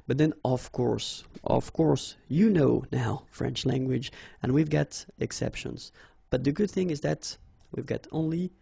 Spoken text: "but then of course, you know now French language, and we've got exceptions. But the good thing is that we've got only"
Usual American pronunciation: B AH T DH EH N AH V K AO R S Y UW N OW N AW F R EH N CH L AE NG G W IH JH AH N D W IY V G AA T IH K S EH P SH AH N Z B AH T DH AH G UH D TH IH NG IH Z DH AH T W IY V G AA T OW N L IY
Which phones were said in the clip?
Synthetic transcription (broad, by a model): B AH T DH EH N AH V K AO R S Y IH N OW N AW F R EH N CH L AE NG G W IH JH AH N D W IY V G AA T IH K S EH P SH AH N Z B AH T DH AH G UH D TH IH NG IH Z DH AH T W IY V G AA T OW N L IY